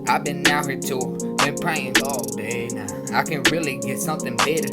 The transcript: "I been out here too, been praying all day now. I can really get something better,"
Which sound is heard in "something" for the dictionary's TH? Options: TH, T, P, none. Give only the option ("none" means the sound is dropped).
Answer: TH